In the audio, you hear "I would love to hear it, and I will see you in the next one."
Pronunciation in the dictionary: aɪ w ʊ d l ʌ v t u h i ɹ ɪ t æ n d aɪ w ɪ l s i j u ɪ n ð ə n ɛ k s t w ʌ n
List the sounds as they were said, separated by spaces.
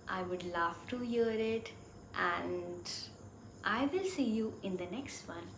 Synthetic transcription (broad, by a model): aɪ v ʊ d l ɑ f t u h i ɹ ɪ t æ n d aɪ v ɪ l s i j u ɪ n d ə n ɛ k s t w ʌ n